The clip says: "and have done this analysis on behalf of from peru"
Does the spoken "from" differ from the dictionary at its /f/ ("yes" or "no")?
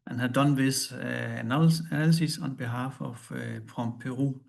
yes